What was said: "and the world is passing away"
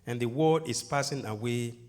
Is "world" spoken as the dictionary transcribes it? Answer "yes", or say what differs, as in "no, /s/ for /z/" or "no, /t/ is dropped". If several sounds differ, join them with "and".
no, /l/ is dropped